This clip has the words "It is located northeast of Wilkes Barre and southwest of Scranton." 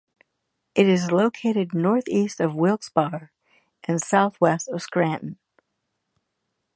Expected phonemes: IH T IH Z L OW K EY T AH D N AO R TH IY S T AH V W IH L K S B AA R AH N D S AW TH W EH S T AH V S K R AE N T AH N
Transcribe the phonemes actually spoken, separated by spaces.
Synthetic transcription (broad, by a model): IH T IH Z L OW K EY T AH D N AO R TH IY S T AH V W IH L K S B AA R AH N S AW TH W EH S T AH V S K R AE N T N